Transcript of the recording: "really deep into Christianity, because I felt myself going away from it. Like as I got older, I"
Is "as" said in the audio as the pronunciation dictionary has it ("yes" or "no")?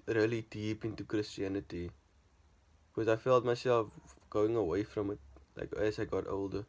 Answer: no